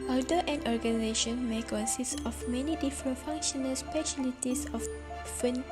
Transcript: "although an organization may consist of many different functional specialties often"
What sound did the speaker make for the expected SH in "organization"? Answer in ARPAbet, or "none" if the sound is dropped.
SH